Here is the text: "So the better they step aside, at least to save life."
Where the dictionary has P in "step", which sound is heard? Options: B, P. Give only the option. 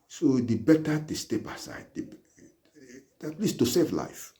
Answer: B